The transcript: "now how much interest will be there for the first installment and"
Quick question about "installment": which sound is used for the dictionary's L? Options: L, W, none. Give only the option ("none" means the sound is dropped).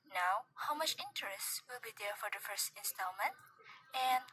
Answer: L